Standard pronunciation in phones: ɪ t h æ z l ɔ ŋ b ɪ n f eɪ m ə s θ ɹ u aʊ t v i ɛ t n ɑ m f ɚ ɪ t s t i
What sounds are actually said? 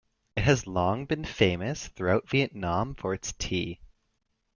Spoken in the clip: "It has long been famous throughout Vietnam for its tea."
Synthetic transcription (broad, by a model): ɪ t h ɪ z l ɔ ŋ b ɪ n f eɪ m ə s θ ɹ u aʊ t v i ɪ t n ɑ m f ɚ ɪ t s t i